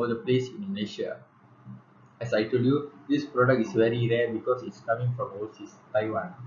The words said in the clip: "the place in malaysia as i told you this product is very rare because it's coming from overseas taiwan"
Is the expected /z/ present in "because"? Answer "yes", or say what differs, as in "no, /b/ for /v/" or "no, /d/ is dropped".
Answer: no, /s/ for /z/